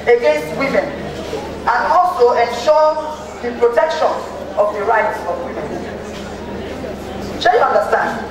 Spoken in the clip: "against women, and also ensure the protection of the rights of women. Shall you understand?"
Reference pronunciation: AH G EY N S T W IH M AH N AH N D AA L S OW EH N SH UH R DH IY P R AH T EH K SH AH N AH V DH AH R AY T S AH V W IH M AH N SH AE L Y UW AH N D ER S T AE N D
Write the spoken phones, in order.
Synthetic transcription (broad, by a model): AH G EY N S T W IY M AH N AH N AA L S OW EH N SH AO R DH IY P R AH T EH K SH AH N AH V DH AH R AY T AH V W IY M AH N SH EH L Y UW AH N D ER S T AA N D